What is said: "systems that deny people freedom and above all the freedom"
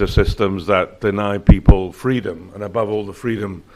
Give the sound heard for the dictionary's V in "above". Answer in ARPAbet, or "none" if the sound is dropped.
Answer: V